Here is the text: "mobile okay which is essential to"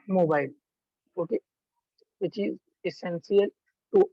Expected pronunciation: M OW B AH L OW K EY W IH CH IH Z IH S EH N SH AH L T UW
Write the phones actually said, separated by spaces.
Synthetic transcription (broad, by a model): M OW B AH L OW K EY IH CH IH Z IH S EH N S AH L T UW